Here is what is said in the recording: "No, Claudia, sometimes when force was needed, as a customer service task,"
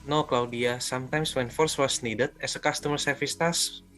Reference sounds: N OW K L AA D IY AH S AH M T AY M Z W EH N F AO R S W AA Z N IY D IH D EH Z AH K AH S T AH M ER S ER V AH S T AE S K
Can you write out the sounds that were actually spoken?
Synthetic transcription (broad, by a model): N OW K L AA D IY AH S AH M T AY M S W EH N F AO R S W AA S N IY D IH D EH S AH K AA S T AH M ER S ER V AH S T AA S